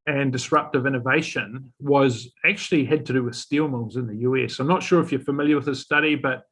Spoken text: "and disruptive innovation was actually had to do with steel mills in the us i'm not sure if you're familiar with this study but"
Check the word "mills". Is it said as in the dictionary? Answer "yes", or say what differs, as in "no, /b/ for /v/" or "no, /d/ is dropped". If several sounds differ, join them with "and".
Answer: no, /l/ is dropped